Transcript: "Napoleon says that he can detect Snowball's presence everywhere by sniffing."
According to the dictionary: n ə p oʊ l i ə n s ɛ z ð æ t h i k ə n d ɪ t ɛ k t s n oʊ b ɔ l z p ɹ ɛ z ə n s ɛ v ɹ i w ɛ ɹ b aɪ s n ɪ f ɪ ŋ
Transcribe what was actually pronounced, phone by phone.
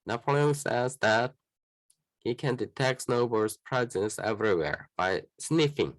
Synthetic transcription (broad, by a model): n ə p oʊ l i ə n s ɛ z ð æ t h i k ə n d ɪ t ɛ k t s n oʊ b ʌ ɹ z p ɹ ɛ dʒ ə s ɛ v ɹ i w ɛ ɹ b aɪ s n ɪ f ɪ ŋ